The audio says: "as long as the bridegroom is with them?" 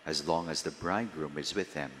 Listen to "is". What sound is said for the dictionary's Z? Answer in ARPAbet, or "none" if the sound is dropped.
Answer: Z